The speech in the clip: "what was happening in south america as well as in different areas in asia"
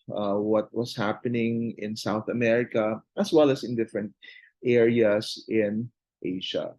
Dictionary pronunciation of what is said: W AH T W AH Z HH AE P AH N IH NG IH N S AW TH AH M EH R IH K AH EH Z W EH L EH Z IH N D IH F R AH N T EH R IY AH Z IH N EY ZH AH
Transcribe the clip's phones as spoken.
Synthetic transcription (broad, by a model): W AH T W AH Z HH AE P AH N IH NG IH N S AW TH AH M EH R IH K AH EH S W EH L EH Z IH N D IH F R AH N T EH R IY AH S IH N EY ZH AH